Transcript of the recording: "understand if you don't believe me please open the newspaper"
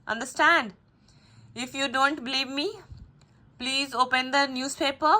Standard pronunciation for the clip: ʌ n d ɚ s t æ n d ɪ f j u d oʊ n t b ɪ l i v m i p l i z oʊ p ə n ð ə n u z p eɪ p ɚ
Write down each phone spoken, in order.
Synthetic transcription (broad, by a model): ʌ n d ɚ s t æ n d ɪ f j u d oʊ n t b ɪ l i v m i p l i z oʊ p ə n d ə n u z p eɪ p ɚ